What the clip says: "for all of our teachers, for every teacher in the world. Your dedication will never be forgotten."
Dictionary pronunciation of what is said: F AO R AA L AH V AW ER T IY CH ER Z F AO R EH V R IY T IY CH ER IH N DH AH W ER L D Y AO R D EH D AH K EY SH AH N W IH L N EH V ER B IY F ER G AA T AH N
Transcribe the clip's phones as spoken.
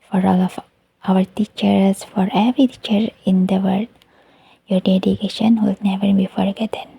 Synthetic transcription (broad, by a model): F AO R AA L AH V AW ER T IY CH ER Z F AO R EH V R IY T IY CH ER IH N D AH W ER D Y AO R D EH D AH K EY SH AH N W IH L N EH V ER B IY F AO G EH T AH N